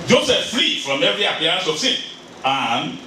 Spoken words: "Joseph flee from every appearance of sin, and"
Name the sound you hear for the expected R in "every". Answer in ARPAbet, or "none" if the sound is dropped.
R